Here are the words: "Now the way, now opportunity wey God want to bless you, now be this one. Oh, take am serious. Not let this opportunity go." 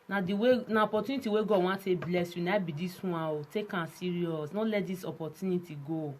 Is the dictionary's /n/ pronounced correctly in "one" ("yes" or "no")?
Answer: no